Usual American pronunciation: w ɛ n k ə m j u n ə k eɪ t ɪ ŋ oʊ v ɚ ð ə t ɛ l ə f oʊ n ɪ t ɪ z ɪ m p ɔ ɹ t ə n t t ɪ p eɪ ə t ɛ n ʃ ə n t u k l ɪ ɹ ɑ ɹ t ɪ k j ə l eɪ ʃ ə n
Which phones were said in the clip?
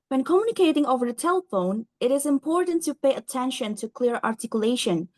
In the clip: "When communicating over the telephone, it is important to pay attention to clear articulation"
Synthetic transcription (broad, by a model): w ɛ n k ə m j u n ə k eɪ t ɪ ŋ oʊ v ɚ ð ə t ɛ l ə f oʊ n ɪ t ɪ z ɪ m p ɔ ɹ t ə n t t ɪ p eɪ ə t ɛ n ʃ ə n t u k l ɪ ɹ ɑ ɹ t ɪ k j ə l eɪ ʃ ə n